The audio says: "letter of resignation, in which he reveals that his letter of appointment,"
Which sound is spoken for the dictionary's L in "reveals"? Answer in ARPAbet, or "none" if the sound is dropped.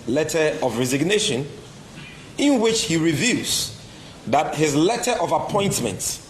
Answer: none